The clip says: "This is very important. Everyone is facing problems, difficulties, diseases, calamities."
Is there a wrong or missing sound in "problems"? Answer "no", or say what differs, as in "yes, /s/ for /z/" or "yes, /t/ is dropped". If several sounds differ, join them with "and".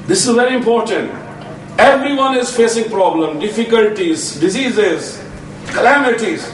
yes, /z/ is dropped